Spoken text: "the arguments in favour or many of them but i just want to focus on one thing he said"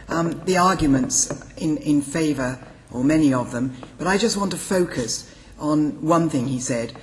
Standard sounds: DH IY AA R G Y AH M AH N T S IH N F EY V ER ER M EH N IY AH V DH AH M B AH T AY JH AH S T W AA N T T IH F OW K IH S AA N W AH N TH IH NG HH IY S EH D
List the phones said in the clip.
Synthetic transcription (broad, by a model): DH IY AA R G Y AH M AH N T S IH N F EY V ER ER M EH N IY AH V DH AH M B AH T AY JH AH S T W AA N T T IH F OW K IH S N W AH N TH IH NG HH IY S EH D